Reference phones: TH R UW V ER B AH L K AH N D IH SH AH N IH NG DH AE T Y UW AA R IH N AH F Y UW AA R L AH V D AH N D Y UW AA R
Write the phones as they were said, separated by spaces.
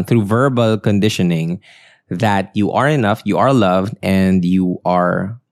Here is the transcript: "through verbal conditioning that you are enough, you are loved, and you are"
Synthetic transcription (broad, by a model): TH R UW V ER B AH L K AH N D IH SH AH N IH NG DH AE T Y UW AA R IH N AH F Y UW AA R L AH V D AH N D Y UW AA R